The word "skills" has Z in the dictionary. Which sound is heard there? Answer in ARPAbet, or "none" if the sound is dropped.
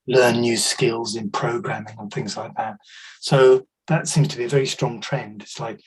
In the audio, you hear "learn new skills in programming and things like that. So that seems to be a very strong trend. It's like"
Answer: Z